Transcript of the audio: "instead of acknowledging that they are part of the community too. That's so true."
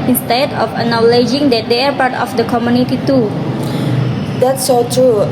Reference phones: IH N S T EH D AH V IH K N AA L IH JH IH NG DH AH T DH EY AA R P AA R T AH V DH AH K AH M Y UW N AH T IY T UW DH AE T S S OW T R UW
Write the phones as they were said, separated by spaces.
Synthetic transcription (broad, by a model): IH N S T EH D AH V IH N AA L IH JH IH NG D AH T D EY AA R P AA R T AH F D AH K AH M Y UW N AH T IY T UW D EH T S S OW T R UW